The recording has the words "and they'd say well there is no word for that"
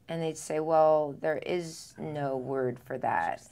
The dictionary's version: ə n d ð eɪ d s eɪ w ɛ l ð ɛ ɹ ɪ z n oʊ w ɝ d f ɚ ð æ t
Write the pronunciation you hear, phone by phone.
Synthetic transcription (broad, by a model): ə n ð eɪ d s eɪ w ɛ l ð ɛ ɹ ɪ z n oʊ w ɝ d f ɚ ð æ t